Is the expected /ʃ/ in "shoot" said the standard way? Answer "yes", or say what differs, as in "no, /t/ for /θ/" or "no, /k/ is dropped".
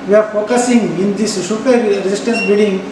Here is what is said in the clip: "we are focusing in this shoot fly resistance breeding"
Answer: no, /s/ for /ʃ/